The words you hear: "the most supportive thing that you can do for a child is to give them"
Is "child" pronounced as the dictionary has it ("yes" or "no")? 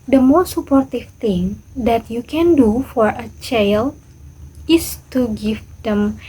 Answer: no